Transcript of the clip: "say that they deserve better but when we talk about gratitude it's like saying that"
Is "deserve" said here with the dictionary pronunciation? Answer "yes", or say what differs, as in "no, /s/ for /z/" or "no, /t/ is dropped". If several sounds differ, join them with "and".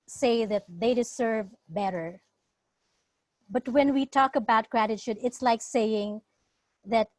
no, /s/ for /z/